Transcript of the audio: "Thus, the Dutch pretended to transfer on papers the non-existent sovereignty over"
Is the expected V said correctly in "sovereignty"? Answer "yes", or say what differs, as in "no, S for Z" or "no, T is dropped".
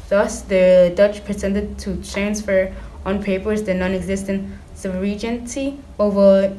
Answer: no, B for V